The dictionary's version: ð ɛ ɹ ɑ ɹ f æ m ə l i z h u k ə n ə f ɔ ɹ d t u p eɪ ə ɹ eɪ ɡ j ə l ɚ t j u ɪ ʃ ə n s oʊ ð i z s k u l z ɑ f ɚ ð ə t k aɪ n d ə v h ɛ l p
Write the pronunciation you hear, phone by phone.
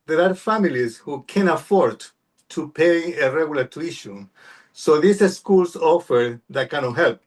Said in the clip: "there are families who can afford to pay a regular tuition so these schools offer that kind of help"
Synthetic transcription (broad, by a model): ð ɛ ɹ ɑ ɹ f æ m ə l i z h u k ə n ə f ɔ ɹ d t u p eɪ ə ɹ eɪ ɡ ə l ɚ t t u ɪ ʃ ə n s oʊ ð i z s k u l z ɑ f ɚ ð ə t k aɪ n ə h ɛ l p